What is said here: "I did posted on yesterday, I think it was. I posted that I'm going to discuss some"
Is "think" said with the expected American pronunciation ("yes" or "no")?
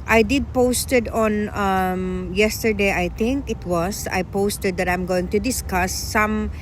no